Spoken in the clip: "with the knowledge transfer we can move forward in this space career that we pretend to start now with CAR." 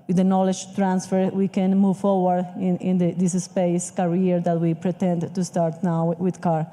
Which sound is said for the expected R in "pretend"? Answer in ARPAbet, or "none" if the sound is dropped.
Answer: R